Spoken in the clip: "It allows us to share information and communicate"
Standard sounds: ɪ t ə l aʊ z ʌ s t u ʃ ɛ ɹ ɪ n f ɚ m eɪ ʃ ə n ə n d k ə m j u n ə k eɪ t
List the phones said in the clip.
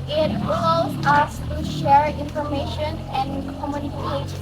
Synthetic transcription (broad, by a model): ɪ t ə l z ʌ s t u ʃ ɛ ɹ ɪ n f ɚ m eɪ ʃ ə n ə n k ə m j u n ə k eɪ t